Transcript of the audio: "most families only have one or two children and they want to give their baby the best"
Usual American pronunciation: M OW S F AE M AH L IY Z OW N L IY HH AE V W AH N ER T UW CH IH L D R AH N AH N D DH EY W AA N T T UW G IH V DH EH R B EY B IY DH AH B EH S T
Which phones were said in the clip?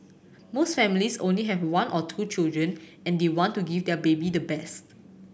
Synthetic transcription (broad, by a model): M OW S F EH M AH L IY S OW N L IY HH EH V W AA N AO T UW CH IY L D R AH N AH N D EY W AA N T T UW G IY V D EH B EY B IY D AH B EH S T